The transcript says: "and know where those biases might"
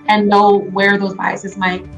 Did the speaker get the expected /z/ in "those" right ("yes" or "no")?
yes